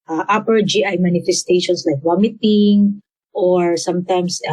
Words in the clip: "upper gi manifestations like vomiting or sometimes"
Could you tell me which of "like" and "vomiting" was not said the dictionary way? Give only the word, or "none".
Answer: vomiting